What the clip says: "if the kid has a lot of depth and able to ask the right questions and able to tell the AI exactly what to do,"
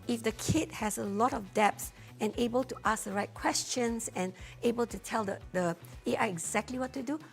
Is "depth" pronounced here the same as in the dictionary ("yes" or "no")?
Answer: no